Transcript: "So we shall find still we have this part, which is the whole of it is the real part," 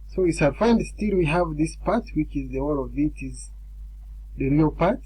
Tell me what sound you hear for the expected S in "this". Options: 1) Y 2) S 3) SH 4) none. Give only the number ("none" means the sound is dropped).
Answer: 2